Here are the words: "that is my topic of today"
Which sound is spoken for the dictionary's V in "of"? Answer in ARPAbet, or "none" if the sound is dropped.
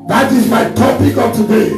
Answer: P